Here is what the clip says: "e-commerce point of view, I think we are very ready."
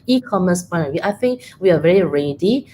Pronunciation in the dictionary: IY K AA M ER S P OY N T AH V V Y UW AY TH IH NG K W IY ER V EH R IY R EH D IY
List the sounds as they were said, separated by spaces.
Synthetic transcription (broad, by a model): IY K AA M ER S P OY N AH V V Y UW AY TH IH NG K W IY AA V EH R IY R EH D IY